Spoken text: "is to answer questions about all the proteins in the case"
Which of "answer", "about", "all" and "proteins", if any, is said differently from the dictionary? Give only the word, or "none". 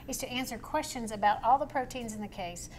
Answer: none